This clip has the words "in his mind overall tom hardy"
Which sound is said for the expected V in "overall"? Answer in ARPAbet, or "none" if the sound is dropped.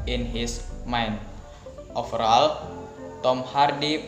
F